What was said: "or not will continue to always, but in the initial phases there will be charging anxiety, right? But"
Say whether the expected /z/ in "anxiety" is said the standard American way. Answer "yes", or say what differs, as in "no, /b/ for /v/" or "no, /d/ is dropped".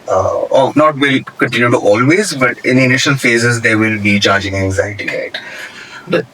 yes